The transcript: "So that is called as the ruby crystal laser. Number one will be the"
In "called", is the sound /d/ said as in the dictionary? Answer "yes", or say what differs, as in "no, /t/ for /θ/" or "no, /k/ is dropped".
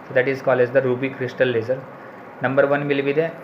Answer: no, /d/ is dropped